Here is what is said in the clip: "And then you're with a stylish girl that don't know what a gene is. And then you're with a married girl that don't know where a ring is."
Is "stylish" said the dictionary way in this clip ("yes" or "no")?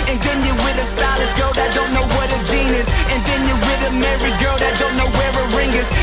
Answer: no